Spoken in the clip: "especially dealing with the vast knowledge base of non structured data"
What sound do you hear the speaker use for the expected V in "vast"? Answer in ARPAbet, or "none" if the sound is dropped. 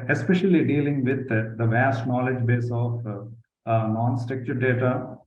V